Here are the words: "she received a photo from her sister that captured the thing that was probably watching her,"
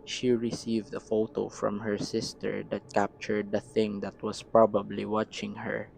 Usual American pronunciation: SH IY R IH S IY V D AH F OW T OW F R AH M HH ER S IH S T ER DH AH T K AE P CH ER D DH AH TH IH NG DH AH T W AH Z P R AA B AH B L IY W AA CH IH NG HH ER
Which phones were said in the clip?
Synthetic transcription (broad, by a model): SH IY R IH S IY V D AH F OW T OW F R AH M HH ER S IH S T ER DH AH T K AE P CH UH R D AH TH IH NG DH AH T W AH S P R AA B AH B L IY W AA CH IH NG HH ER